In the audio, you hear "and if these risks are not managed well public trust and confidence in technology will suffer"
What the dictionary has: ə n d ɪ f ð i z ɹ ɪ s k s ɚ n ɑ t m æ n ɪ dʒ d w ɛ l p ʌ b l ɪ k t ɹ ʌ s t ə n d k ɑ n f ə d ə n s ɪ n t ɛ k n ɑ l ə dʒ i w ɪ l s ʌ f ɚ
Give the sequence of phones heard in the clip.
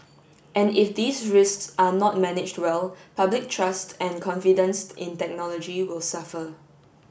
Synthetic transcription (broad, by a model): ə n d ɪ f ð i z ɹ ɪ s k s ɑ n ɑ t m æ n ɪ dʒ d w ɛ l p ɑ b l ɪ k t ɹ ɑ s t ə n k ɑ n f ə d ə n s ɪ n t ɛ k n ɑ l ə dʒ i w ɪ l s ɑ f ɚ